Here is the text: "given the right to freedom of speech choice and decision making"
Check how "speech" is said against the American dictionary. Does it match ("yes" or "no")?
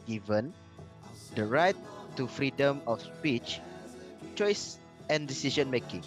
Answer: yes